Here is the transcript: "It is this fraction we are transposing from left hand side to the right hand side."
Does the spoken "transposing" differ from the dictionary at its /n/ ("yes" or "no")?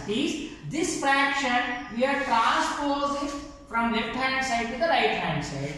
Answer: yes